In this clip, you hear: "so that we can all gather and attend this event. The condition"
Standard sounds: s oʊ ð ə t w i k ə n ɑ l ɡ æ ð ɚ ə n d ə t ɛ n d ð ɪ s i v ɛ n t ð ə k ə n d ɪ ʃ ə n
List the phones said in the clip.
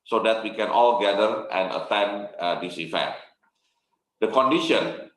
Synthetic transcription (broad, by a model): s oʊ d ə t w i k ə n ɑ l ɡ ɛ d ɚ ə n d ə t ɛ n d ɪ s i f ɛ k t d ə k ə n d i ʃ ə n